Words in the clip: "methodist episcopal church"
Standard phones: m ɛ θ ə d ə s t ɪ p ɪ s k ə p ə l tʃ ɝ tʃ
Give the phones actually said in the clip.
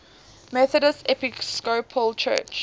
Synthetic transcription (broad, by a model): m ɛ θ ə d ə s ɪ p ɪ s k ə p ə l tʃ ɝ tʃ